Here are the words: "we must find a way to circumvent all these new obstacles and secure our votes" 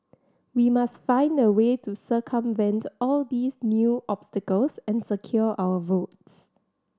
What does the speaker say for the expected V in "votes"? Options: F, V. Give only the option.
V